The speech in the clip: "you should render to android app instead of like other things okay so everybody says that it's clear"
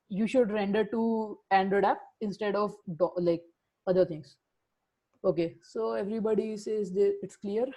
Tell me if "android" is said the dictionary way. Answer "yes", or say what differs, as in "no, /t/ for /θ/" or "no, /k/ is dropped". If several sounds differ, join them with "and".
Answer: no, /ɹ/ is dropped